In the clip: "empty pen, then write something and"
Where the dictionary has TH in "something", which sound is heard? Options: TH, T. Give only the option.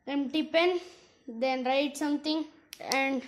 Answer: T